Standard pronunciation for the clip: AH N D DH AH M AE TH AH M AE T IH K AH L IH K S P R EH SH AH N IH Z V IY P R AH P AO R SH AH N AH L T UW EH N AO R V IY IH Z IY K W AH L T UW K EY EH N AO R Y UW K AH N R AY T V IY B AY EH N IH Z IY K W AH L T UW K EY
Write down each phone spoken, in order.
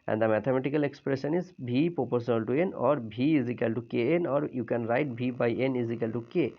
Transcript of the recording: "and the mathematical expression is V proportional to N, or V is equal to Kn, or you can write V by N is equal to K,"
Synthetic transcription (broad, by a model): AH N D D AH M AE T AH M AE T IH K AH L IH K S P R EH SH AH N IH Z B IY P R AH P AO R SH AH N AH L T UW EH N AO R B IY IH Z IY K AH L T UW K EY EH N AO R Y UW K AH N R AY T B IY B AY EH N IH Z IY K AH L T UW K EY